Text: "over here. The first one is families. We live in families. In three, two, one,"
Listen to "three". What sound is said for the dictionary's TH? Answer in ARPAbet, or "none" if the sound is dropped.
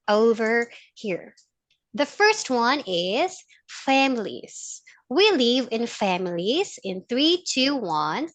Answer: TH